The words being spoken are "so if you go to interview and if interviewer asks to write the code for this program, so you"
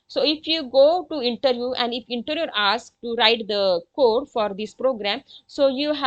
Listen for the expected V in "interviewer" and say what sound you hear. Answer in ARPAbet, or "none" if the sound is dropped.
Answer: none